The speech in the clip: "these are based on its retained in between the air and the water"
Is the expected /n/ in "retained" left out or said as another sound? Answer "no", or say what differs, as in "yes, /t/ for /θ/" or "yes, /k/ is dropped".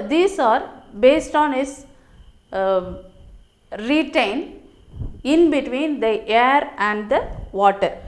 no